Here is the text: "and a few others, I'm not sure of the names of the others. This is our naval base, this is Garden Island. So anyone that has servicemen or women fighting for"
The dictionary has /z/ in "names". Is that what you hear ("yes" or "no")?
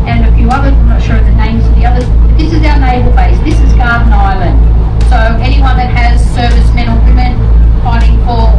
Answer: yes